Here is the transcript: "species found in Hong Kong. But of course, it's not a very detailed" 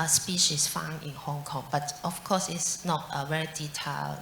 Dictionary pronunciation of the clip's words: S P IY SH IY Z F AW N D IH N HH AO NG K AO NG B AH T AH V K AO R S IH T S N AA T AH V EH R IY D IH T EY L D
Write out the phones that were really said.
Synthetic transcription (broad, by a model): S P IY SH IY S F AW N IH N HH AO NG K AO NG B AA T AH F K AO S IH T S N AA T AH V EH R IY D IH T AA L